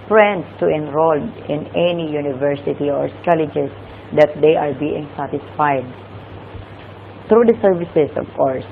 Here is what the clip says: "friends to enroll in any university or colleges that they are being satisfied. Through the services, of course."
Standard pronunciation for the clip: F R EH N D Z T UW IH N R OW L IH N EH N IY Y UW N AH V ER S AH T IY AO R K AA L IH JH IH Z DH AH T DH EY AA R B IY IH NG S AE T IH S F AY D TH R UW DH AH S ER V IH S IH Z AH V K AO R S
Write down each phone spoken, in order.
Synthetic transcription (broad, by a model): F R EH N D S T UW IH N R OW L IH N EH N IY Y UW N AH V ER S AH T IY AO R K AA L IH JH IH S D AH T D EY AA R B IY IH NG S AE T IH S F AY D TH R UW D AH S ER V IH S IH S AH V K AO R S